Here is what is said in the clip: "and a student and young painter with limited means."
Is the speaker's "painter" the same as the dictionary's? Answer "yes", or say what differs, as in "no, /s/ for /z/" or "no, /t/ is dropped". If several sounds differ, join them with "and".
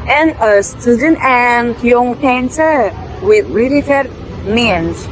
no, /s/ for /t/